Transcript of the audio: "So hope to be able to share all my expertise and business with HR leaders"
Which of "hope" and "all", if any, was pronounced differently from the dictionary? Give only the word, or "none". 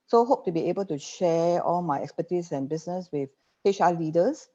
none